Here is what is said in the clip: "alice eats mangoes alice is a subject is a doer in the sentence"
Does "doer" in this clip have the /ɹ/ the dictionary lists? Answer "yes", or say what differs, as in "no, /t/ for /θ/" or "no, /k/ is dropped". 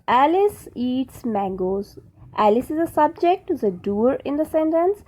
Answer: yes